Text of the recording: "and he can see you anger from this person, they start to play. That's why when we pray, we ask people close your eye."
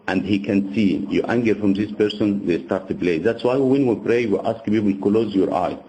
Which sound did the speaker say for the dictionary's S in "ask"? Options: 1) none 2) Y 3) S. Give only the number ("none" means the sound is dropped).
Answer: 3